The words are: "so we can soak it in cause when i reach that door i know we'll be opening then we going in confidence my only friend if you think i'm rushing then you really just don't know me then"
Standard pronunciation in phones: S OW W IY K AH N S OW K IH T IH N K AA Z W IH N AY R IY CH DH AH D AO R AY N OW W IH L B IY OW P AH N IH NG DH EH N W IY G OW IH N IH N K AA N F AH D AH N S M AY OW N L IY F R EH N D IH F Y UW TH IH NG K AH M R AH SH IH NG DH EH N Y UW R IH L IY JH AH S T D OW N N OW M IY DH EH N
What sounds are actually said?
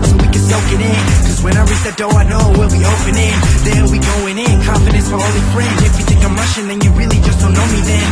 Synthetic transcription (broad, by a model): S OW W IY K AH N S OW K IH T IH N K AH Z W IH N AY R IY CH DH AH D AO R AY N OW W IH L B IY OW P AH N IH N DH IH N W IY G OW IH N IH N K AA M F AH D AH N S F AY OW L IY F R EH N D IH F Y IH T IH K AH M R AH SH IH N DH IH N Y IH R IH L IY JH AH S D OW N N OW M IY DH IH N